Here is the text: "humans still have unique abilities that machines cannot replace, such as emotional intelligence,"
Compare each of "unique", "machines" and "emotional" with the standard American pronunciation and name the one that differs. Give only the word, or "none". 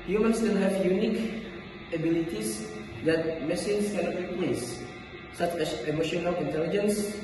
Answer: machines